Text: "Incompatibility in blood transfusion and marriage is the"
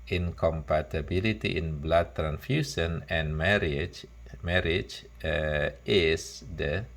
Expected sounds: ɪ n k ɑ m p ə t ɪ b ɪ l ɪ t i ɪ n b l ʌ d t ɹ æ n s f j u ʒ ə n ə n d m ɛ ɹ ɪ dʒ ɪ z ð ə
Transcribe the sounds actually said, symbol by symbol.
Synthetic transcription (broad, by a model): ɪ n k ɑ m p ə t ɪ b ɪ l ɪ t i ɪ n b l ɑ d t ɹ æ n f j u s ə n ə n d m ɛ ɹ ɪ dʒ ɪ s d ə